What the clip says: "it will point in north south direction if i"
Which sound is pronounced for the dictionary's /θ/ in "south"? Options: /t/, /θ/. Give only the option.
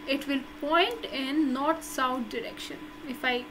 /t/